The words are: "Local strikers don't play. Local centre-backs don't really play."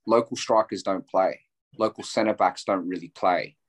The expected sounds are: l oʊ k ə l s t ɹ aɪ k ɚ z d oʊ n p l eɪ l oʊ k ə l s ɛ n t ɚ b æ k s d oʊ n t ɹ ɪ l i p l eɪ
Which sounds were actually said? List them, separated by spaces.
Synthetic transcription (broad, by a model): l oʊ k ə l s t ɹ aɪ k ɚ z d oʊ n p l eɪ l oʊ k ə l s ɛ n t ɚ b æ k s d oʊ n t ɹ ɪ l i p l eɪ